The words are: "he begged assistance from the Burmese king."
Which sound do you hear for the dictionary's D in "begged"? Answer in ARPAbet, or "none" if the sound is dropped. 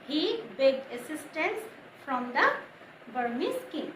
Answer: none